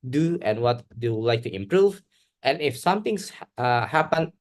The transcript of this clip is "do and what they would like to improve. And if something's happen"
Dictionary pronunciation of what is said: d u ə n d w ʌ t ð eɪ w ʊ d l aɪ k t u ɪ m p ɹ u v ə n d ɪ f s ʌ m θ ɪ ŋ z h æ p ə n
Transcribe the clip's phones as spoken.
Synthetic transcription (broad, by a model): d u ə n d w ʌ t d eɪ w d l aɪ k t u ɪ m p ɹ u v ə n ɪ f s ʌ m t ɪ ŋ s h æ p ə n